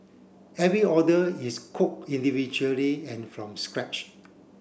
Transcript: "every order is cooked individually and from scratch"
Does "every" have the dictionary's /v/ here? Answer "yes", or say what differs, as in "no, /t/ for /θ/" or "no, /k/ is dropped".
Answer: yes